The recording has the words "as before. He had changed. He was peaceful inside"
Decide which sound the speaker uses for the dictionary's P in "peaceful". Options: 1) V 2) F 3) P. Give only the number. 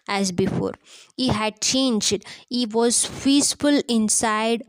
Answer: 2